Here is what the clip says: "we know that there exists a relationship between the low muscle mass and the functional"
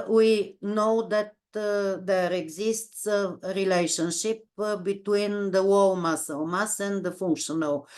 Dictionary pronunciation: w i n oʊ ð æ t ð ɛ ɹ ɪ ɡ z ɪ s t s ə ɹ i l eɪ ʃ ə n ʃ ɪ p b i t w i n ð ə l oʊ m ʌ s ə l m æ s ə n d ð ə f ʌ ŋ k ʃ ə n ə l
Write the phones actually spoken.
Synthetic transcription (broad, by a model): w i n oʊ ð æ t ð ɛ ɹ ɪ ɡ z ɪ s t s ə ɹ i l eɪ ʃ ə n ʃ ɪ p b i t w i n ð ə w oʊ m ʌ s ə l m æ s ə n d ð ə f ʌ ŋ k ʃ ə n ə l